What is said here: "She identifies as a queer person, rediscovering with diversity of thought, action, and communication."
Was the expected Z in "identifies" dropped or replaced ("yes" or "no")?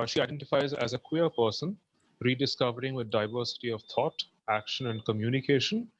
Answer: no